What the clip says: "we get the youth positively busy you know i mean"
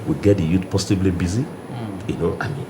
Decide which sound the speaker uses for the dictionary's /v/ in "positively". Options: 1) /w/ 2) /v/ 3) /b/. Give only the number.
3